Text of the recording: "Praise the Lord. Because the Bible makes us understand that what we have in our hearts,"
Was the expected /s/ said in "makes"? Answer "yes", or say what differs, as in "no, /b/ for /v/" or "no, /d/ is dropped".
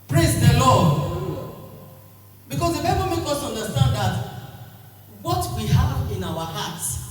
no, /s/ is dropped